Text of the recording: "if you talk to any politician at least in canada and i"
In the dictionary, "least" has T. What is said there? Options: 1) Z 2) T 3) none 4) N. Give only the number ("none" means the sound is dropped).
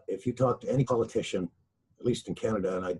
2